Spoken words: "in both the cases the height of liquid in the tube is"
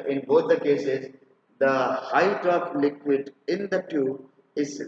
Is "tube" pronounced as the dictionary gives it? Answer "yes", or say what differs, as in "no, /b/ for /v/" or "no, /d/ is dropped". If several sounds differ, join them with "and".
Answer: no, /b/ is dropped